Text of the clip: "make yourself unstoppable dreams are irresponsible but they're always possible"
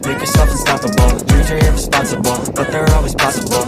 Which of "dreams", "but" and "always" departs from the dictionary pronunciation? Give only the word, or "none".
dreams